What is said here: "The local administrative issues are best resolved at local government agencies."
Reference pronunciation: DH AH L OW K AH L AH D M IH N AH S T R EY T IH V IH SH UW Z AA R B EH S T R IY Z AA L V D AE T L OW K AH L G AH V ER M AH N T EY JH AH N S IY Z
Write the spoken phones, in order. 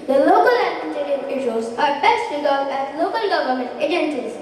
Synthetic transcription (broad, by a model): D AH L OW K AH L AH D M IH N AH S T EY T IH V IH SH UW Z AA R B EH S T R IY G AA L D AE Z L OW K AH L G AH V ER M AH N T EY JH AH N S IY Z